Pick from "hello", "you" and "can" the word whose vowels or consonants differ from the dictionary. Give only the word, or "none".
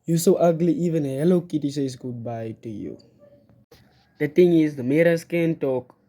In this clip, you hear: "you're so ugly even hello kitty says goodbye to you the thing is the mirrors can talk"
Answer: none